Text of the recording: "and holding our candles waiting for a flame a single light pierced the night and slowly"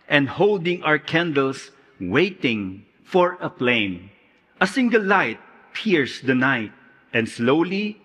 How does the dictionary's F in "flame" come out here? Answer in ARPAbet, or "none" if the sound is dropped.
P